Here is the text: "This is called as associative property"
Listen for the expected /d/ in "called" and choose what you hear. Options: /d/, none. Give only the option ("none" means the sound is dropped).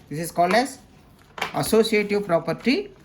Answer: /d/